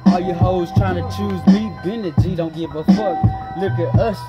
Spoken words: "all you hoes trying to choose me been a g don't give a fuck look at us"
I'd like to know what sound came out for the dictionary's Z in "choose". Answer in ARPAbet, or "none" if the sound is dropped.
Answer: Z